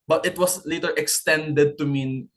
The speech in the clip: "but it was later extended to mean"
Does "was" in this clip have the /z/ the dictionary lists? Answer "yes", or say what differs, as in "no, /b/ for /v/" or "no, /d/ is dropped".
no, /s/ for /z/